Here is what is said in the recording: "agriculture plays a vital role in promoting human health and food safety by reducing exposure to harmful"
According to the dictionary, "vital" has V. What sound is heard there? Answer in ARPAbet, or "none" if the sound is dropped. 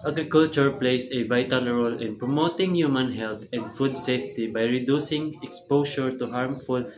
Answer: B